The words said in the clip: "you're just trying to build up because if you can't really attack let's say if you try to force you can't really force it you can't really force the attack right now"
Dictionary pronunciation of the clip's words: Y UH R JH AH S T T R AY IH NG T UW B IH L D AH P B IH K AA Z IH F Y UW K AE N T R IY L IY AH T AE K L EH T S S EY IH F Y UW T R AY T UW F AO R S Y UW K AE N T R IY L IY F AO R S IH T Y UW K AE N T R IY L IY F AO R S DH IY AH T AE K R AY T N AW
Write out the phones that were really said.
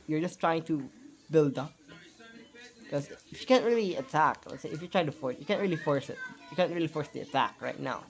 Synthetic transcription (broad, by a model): Y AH R JH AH S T T R AY IH NG T UW B IH L D AH P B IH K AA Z IH F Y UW K AE N T R IY L IY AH T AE K W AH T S S EY IH F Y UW T R AY T UW F AO R S Y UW K AE N T R IY L IY F AO R S IH T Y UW K AE N T R IY L IY F AO R S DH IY AH T AE K R AY T N AW